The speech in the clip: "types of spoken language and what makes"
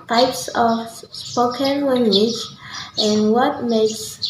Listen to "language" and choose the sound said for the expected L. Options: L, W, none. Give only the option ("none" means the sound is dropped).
W